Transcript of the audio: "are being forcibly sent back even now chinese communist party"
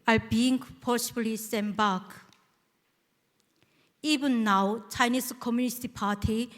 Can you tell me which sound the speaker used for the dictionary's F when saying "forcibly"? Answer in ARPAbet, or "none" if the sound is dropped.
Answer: P